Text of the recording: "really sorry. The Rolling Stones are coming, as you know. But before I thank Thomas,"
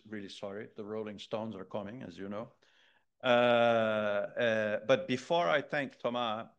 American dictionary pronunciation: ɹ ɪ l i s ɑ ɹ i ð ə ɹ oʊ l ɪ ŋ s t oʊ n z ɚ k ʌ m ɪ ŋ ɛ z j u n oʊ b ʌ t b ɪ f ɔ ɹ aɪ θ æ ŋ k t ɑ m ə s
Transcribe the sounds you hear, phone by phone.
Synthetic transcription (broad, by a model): ɹ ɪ l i s ɑ ɹ i ð ə ɹ oʊ l ɪ ŋ s t oʊ n z ɚ k ʌ m ɪ ŋ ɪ z j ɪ n oʊ b ʌ t b ɪ f ɔ ɹ aɪ θ æ ŋ k t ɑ m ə